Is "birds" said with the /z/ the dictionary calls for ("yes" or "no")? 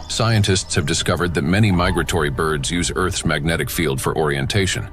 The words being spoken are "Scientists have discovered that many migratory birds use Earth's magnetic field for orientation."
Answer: yes